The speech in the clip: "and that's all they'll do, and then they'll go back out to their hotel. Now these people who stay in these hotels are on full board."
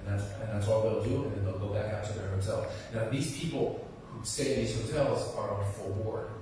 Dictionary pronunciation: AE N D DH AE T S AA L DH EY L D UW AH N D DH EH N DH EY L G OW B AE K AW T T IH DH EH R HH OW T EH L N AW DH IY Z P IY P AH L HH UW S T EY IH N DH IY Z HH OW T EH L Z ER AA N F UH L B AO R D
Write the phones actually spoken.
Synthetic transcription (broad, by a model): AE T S DH AE T S AA L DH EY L D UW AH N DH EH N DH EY L G OW B AE K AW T T IH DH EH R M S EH L N AW DH IY Z P IY P L HH UW S T EY IH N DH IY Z HH OW T EH L Z ER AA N F UH L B AO R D